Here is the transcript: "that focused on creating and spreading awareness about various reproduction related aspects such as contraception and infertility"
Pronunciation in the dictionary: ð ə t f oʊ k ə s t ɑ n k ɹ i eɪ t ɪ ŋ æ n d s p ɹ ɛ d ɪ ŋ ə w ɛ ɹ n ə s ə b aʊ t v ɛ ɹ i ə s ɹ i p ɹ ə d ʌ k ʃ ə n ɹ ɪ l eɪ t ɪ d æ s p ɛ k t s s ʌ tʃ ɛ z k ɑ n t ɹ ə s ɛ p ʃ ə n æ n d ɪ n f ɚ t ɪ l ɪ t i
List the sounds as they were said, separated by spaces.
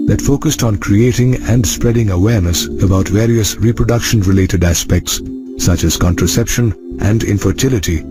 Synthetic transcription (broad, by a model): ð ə t f oʊ k ə s t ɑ n k ɹ i eɪ t ɪ ŋ æ n d s p ɹ ɛ d ɪ ŋ ə w ɛ ɹ n ə s ə b aʊ t v ɛ ɹ i ə s ɹ i p ɹ ə d ʌ k ʃ ə n ɹ ɪ l eɪ t ɪ d æ s p ɛ k t s s ʌ tʃ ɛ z k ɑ n t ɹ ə s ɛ p ʃ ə n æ n d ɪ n f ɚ t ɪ l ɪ t i